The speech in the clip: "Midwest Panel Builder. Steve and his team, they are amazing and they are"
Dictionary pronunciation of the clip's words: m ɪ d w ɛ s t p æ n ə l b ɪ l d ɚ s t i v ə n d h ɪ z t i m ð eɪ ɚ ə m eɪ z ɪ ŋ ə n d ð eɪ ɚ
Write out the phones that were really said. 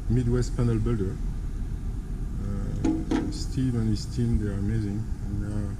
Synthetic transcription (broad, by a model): m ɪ d w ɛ s t p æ n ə l b ɪ l d ɚ s t i v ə n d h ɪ s t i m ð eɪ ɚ ə m eɪ z ɪ ŋ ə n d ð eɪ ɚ